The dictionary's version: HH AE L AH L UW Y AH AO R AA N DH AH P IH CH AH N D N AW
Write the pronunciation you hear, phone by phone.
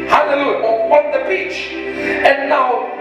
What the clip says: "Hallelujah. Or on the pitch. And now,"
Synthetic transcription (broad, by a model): HH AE L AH L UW Y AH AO W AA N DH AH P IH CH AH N N AW